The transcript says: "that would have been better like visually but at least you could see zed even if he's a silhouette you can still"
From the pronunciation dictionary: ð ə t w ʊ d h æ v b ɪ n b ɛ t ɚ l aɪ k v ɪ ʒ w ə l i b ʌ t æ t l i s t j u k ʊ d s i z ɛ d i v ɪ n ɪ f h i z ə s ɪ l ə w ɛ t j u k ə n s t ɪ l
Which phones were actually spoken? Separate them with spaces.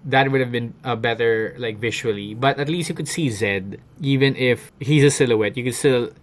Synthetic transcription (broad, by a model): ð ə t w ʊ d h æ v b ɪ n b ɛ t ɚ l aɪ k v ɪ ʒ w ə l i b ʌ t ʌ t l i s t j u k ʊ d s i z ɛ d i v ɪ n ɪ f h i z ə s ɪ l ə w ɛ t j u k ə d s t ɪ l